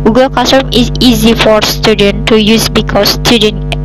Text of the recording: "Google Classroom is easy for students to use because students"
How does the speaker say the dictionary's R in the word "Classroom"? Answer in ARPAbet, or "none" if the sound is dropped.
none